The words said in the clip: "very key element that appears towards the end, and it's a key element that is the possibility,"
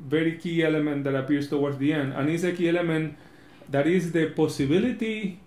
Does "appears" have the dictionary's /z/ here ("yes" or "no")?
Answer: no